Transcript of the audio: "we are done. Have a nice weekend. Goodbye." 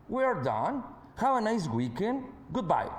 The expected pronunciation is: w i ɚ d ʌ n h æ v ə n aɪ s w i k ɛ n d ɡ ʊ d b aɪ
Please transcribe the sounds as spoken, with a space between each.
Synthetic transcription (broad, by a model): w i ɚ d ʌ n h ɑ w ə n aɪ s w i k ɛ n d ɡ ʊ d b aɪ